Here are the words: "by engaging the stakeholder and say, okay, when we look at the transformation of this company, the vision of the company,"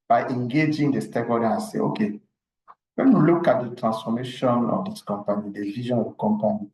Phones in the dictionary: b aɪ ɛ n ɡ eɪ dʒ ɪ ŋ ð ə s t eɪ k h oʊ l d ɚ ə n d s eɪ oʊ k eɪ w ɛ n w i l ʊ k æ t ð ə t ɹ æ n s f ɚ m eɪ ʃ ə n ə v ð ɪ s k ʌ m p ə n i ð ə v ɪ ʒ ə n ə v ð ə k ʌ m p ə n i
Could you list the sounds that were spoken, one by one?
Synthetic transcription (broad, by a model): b aɪ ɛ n ɡ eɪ dʒ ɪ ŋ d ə s t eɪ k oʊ d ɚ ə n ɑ s eɪ oʊ k eɪ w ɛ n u l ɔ k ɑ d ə t ɹ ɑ n s f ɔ m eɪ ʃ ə n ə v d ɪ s k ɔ m p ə n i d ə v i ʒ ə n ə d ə k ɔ m p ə n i